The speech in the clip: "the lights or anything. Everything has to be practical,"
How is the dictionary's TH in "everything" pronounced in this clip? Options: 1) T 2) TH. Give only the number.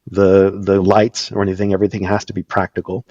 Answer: 2